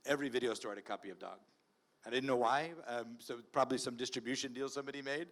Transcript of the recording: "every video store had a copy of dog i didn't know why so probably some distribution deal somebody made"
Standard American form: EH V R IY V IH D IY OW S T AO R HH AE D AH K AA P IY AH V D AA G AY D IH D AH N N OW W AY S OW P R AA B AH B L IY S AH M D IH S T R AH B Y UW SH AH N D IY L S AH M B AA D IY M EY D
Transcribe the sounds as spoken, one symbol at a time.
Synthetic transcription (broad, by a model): EH V R IY V IH D IY OW S T AO R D AH K AA P IY AH V D AA G AY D IH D N N OW W AY S OW P R AA B AH B L IY S AH M D IH S T R AH B Y UW SH AH N D IY L S AH M B AA D IY M EY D